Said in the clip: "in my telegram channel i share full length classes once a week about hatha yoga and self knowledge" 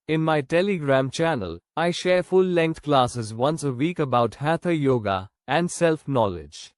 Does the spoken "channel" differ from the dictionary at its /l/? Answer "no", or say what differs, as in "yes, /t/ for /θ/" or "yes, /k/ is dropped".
no